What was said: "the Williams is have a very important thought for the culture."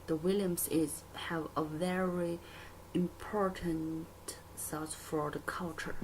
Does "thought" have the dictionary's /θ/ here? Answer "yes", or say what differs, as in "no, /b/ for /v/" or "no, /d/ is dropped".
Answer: no, /s/ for /θ/